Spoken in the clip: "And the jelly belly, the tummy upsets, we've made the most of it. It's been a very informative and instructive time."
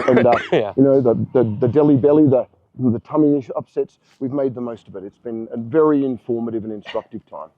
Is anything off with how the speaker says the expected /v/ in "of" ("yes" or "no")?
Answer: no